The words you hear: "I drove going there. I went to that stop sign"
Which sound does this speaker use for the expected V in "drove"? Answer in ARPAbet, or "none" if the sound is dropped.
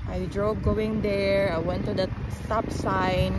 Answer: B